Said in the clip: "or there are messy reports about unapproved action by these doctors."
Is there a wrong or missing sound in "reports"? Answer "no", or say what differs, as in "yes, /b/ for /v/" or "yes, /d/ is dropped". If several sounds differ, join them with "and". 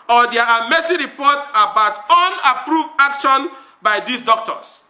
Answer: yes, /s/ is dropped